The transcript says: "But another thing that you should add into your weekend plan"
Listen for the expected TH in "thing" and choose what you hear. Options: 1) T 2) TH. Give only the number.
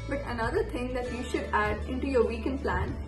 1